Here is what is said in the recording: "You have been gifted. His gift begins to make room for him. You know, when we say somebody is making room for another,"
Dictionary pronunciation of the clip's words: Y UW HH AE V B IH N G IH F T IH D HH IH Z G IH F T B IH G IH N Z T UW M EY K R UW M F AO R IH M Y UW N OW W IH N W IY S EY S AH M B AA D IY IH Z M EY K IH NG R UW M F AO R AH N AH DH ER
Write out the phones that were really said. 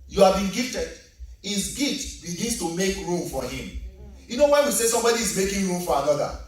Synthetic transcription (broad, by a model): Y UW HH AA V B IH N G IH F T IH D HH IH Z G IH T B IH G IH N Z T UW M EY K R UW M F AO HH IH M Y UW N OW W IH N W IY S EY S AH M B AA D IY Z M EY K IH NG R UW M F AO R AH N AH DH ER